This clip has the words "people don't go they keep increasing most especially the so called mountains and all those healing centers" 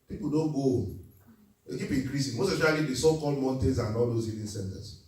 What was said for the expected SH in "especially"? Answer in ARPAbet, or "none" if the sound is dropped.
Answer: none